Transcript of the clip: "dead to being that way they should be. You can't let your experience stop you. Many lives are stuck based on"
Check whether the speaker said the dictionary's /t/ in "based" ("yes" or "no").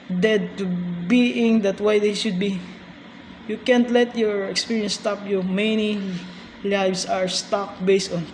yes